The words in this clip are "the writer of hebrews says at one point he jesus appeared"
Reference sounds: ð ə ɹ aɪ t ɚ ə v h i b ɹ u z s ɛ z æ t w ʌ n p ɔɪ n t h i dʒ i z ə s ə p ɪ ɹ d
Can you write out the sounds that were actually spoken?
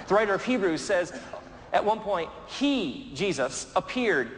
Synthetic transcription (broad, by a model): ð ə ɹ aɪ t ɚ ə v h i b ɹ u z s ɛ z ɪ t w ʌ n p ɔɪ n t h i dʒ i z ə s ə p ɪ ɹ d